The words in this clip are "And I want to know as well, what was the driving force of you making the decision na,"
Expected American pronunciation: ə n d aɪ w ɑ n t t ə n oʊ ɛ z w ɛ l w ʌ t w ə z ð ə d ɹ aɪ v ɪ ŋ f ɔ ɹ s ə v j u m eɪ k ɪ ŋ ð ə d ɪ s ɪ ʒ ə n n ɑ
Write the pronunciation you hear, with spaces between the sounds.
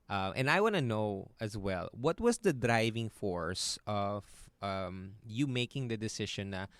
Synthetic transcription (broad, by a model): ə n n aɪ w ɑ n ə n oʊ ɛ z w ɛ l w ʌ t w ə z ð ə d ɹ aɪ v ɪ ŋ f ɔ ɹ s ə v j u m eɪ k ɪ ŋ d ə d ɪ s ɪ ʃ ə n n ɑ